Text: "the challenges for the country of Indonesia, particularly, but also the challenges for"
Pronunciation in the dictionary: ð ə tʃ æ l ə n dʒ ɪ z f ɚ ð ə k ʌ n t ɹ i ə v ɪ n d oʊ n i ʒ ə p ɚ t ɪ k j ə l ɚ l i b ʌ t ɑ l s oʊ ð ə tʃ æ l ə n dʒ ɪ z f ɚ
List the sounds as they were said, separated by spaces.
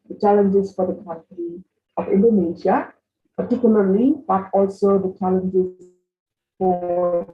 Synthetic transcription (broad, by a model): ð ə tʃ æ l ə n dʒ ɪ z f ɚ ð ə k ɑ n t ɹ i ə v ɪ n d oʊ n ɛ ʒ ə p ɚ t ɪ k j ə l ɚ l i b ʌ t ɑ l s oʊ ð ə tʃ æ l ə n dʒ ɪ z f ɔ